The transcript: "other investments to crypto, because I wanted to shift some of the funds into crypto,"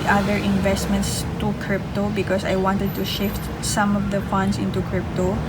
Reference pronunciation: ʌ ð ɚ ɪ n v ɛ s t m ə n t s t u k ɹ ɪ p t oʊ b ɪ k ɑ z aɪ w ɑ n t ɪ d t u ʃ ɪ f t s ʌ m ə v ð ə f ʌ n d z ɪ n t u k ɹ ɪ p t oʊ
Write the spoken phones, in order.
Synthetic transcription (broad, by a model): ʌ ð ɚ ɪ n v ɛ s t m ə n t s t u k ɹ ɪ p t oʊ b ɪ k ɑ s aɪ w ɑ n t ɪ d t u ʃ ɪ f t s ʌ m ə v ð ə f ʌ n d s ɪ n t u k ɹ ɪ p t oʊ